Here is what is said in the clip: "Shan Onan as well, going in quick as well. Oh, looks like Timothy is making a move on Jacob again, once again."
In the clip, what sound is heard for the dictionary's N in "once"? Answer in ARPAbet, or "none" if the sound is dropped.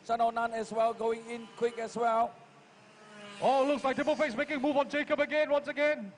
N